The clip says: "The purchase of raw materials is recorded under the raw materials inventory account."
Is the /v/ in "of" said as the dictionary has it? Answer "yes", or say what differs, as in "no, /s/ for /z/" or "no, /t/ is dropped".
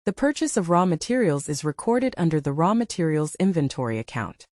yes